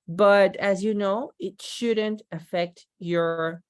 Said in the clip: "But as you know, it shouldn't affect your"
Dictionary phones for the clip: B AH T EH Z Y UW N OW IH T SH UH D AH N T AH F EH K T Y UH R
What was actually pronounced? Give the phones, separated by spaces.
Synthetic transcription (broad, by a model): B AH T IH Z Y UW N OW IH T SH UH D AH N T AH F EH K T Y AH R